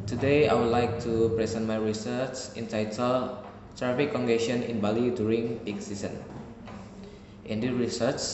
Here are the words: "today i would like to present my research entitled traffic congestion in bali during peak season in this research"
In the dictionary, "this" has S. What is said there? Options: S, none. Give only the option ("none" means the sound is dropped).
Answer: none